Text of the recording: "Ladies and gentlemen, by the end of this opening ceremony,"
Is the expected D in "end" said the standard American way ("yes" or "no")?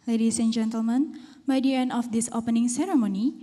no